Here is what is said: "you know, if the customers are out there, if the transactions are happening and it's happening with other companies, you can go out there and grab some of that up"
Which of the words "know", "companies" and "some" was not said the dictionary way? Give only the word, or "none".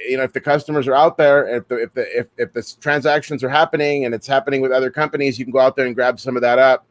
none